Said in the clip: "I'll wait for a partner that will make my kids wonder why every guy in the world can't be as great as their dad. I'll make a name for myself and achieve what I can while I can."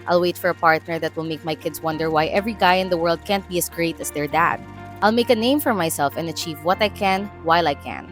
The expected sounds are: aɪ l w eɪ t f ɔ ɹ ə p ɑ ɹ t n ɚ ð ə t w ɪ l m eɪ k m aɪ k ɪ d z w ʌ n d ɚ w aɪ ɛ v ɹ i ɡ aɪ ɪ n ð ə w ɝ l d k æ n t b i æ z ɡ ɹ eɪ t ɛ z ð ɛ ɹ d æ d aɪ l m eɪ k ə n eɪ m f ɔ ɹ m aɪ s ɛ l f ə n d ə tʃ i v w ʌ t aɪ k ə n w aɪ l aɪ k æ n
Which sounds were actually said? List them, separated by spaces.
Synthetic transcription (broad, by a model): aɪ l w eɪ t f ɔ ɹ ə p ɑ ɹ t n ɚ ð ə t w ɪ l m eɪ k m aɪ k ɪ d s w ʌ n d ɚ w aɪ ɛ v ɹ i ɡ aɪ ɪ n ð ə w ɝ l d k æ n t b i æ s ɡ ɹ eɪ t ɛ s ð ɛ ɹ d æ d aɪ l m eɪ k ə n eɪ m f ɔ ɹ m aɪ s ɛ l f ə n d ə tʃ i v w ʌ t aɪ k ə n w aɪ l aɪ k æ n